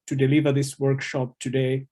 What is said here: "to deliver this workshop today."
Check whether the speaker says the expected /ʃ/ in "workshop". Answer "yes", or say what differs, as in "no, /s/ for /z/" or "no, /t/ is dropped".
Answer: yes